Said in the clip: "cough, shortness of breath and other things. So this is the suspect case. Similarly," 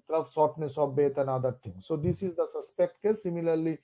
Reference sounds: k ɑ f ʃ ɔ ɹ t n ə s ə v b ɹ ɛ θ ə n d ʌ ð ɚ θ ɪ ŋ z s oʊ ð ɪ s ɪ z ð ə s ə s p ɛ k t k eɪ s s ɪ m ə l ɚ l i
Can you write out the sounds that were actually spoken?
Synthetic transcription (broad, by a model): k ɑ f s ɔ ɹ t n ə s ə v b ɛ t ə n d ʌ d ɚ t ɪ ŋ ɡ s oʊ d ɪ s ɪ z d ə s ə s p ɛ k t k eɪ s s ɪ m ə l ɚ l i